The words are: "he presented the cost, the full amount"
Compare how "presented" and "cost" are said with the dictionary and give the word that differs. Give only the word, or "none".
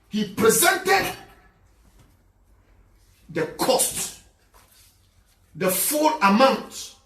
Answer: none